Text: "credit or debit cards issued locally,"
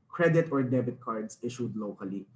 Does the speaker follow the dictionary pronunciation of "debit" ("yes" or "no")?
yes